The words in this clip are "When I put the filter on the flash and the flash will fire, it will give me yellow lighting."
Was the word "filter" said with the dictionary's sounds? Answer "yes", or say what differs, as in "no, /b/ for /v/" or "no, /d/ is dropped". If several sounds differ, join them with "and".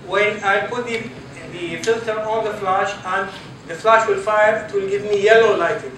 yes